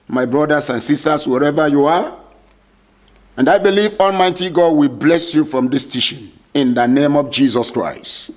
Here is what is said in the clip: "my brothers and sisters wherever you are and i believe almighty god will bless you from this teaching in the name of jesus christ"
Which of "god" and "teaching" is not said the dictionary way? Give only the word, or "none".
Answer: teaching